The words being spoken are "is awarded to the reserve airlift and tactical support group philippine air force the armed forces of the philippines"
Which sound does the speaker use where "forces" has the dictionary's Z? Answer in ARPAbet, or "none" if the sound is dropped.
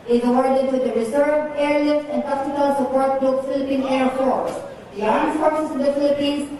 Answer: S